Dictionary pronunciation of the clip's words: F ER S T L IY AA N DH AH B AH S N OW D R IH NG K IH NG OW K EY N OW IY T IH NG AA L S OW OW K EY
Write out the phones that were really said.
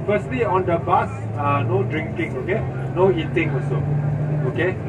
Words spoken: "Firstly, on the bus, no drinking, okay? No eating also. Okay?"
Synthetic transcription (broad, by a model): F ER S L IY AA N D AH B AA S N OW D R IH NG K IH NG OW K EY N OW IY T IH NG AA S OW OW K EY